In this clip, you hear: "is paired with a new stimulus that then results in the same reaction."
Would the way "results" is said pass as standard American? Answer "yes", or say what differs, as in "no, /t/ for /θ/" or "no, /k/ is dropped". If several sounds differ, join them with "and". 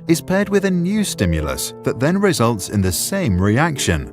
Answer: yes